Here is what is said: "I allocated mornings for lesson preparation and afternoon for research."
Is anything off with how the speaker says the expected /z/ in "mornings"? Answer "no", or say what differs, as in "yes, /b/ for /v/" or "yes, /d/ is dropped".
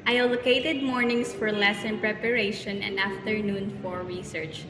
yes, /s/ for /z/